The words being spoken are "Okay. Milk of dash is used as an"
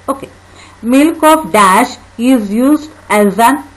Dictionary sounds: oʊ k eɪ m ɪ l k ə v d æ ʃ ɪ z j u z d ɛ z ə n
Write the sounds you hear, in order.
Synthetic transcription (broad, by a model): oʊ k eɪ m ɪ l k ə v d æ ʃ ɪ z j u z d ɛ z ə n